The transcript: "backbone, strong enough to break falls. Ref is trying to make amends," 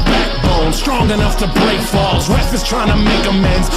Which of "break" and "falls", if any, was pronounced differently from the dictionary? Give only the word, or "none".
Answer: none